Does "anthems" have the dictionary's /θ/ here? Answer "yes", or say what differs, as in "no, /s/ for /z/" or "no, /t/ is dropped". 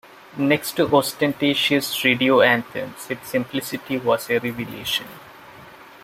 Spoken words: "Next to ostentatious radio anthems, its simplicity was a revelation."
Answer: no, /t/ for /θ/